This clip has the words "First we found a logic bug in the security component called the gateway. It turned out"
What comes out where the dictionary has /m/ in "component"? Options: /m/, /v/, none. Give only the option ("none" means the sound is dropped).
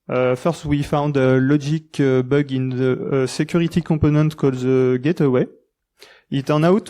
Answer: none